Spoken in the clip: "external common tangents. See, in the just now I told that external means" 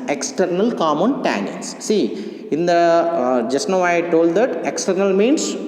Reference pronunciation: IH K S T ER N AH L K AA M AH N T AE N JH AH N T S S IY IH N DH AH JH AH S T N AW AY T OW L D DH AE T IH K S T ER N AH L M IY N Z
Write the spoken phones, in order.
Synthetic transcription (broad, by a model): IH K S T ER N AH L K AA M AH N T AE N AH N S S IY IH N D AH JH AH S T N AW AY T OW L D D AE T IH K S T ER N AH L M IY N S